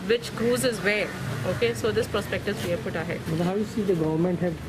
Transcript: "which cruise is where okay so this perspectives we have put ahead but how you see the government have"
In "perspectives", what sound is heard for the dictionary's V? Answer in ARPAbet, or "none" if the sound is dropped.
none